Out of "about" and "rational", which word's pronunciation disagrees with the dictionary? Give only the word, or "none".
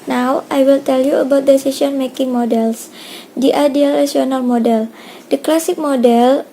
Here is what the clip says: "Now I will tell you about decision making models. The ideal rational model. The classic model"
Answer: rational